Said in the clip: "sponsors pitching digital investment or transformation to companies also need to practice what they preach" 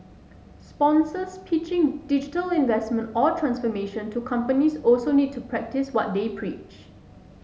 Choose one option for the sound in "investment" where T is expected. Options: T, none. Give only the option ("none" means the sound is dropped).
T